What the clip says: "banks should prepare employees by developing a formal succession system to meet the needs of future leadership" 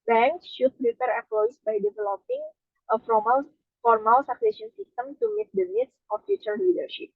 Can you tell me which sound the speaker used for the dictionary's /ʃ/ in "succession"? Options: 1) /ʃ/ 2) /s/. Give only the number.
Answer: 2